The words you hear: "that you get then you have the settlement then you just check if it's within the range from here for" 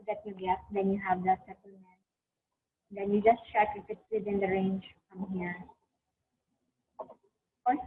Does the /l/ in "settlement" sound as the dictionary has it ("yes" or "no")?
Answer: no